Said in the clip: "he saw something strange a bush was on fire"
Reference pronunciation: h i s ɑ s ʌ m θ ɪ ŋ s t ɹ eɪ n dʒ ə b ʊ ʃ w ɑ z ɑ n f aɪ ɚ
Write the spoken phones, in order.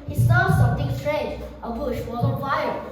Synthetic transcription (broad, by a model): h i s ɑ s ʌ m t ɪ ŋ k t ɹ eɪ dʒ ə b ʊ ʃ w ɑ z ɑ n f aɪ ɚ